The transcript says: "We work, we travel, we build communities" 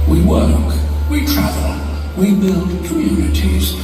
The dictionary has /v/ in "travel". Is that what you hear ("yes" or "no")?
yes